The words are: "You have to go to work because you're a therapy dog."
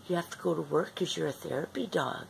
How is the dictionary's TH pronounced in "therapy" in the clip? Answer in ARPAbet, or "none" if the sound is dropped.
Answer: TH